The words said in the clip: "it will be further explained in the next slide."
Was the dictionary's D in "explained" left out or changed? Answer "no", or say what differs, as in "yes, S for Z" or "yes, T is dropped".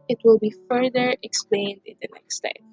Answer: no